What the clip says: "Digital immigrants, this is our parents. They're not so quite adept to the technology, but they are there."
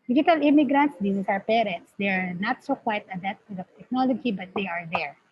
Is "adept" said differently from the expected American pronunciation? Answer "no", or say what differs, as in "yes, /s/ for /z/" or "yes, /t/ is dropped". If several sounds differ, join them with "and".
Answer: yes, /p/ is dropped